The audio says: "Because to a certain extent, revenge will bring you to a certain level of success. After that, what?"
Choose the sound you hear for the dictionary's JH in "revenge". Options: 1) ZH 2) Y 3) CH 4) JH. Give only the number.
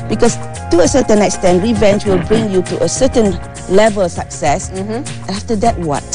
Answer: 3